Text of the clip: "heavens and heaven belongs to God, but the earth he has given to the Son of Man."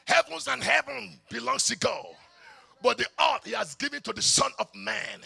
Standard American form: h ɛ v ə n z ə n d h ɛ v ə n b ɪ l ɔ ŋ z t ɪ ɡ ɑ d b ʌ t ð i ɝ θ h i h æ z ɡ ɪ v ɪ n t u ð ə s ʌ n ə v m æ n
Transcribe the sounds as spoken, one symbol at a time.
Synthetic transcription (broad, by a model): h ɛ v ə n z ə n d h ɛ v ə n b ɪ l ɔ ŋ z t ɪ ɡ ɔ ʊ b ʌ t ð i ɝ t h i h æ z ɡ ɪ v ɪ n t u ð ə s ʌ n ə v m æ n